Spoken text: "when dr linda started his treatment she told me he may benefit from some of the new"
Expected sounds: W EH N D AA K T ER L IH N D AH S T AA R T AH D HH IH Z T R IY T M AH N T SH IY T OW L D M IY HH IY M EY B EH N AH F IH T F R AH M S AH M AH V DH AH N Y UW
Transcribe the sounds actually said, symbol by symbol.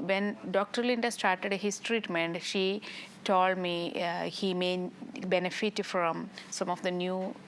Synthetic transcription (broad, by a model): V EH N D AA K T ER L IH N D AH S T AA R T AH D HH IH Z T R IY T M AH N T SH IY T OW L D M IY HH IY M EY B EH N AH F IH T F R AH M S AH M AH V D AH N Y UW